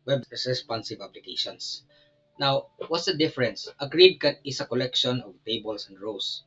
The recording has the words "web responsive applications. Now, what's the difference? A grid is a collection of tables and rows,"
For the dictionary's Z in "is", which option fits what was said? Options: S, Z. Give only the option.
S